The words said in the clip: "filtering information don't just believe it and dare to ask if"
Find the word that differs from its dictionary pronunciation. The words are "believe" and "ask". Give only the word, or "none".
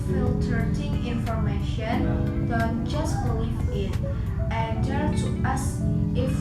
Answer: ask